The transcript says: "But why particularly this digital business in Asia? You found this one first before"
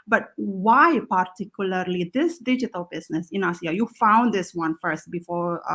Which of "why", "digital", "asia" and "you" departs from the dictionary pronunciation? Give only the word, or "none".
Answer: asia